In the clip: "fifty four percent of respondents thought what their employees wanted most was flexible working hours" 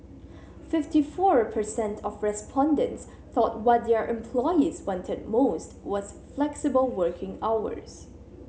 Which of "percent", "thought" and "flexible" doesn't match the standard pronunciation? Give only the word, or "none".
none